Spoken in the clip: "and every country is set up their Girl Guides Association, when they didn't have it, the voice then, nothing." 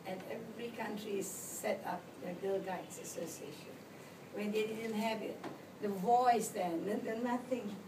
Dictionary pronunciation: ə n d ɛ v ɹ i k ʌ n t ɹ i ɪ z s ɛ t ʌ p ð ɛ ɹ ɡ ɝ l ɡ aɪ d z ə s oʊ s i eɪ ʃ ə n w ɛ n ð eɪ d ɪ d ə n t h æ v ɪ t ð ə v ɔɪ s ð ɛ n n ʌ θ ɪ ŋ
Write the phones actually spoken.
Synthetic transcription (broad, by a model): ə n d ɛ v ɹ i k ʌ n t ɹ i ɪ s ɛ t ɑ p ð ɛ ɡ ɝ l ɡ aɪ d s ə s oʊ s i eɪ ʃ ə n w ɛ n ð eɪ d ɪ d ə n t h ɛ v ɪ t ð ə v ɔɪ s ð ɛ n n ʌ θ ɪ ŋ